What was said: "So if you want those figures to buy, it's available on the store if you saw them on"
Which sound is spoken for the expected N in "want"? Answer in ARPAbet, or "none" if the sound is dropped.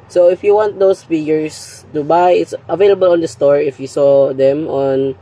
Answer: N